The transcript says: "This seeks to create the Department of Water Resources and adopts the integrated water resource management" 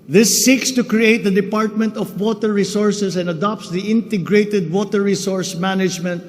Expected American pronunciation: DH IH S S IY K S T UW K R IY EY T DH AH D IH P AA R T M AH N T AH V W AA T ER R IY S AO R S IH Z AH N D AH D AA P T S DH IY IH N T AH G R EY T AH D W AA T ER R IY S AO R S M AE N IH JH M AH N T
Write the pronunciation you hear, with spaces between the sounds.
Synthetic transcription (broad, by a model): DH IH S S IY K S T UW K R IY EY T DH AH D IH P AA R T M AH N T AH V W AA T ER R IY S AO R S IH S AH N D AH D AA P T S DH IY IH N T AH G R EY T AH D W AA T ER R IY S AO R S M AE N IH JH M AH N T